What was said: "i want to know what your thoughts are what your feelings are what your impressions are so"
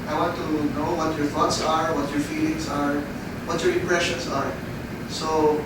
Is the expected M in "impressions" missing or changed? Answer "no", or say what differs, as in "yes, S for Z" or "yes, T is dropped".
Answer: yes, M is dropped